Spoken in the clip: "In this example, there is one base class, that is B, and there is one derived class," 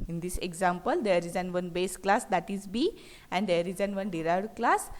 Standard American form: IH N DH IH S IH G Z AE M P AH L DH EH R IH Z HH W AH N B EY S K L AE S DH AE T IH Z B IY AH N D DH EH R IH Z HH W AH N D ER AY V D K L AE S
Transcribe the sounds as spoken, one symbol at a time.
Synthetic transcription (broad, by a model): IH N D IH S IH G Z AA M P AH L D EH R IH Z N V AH N B EY S K L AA S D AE T IH Z B IY AH N D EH R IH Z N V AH N D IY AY D K L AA S